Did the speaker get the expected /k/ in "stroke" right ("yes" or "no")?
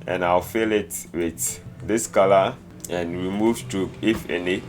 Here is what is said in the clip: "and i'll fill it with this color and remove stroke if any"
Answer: no